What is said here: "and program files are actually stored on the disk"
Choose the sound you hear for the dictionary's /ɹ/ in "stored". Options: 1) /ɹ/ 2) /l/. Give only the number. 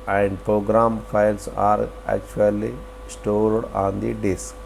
2